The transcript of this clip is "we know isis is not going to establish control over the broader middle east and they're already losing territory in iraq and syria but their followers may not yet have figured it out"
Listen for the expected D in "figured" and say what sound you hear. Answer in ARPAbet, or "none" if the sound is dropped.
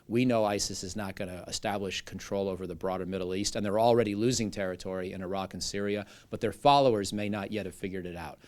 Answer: D